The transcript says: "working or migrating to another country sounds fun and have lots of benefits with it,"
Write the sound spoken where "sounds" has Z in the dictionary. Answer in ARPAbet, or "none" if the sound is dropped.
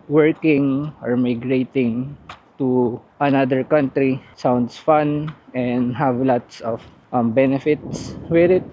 S